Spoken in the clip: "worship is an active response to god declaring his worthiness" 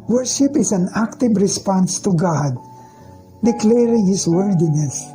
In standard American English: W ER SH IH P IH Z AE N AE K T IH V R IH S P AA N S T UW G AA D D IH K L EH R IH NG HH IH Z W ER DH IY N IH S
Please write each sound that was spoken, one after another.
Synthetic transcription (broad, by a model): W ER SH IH P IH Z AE N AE K T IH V R IH S P AA N S T UW G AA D D IH K L EH R IH NG HH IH S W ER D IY N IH S